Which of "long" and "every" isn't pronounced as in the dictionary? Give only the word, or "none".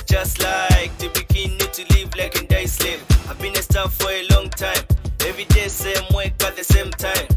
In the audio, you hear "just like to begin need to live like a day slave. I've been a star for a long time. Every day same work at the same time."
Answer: every